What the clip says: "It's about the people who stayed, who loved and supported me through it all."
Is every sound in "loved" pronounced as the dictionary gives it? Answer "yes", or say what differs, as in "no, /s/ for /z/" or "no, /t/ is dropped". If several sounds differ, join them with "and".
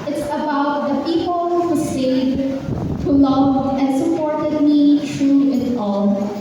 no, /d/ is dropped